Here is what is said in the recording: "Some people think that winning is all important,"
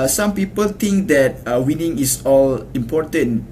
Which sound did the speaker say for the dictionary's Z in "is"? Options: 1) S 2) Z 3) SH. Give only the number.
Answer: 1